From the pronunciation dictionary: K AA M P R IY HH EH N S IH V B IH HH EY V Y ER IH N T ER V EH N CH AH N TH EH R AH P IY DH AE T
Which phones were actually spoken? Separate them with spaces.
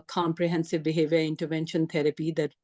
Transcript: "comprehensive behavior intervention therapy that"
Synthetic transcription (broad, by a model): K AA M P R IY HH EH N S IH V B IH HH EY V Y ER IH N T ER V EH N SH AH N T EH R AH P IY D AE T